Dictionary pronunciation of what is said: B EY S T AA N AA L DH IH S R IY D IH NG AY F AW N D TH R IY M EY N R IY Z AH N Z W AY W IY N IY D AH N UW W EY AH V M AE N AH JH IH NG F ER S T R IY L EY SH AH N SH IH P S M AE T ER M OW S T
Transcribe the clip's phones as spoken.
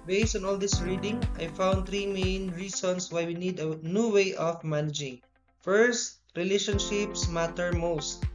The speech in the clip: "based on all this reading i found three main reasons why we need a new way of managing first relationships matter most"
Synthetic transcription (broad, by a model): B EY S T AA N AA L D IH S R IY D IH NG AY F AW N D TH R IY M EY N R IY S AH N S W AY W IY N IY D AH N UW W EY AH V M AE N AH JH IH NG F ER S T R IY L EY SH AH N SH IH P S M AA T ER M OW S T